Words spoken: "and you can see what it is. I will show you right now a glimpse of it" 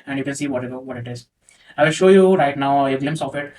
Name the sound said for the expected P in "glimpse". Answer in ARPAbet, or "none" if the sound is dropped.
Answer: none